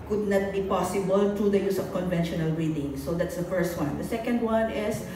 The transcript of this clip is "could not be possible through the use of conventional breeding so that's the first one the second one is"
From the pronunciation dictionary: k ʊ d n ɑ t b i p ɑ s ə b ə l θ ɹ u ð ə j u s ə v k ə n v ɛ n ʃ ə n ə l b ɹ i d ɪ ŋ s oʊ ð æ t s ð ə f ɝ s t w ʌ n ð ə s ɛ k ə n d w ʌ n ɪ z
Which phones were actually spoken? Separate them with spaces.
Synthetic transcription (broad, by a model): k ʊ d n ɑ t b i p ɑ s ə b ə l t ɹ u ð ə j u s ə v k ə n v ɛ n ʃ ə n ə l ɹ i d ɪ ŋ s oʊ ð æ t s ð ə f ɝ s t w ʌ n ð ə s ɛ k ə n d w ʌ n ɪ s